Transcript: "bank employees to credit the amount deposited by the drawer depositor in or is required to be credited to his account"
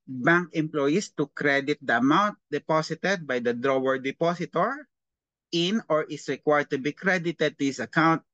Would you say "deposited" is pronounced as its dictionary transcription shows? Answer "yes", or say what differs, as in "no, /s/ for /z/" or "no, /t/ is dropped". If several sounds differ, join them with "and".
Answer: no, /s/ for /z/